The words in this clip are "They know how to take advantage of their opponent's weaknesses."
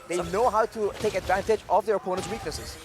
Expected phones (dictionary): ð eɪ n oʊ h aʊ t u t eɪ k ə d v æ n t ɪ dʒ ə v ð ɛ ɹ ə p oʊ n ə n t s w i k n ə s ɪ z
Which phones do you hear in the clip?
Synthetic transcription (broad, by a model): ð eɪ n oʊ h aʊ t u t eɪ k ə d v æ n t ɪ dʒ ə v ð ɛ ɹ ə p oʊ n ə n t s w i k n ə s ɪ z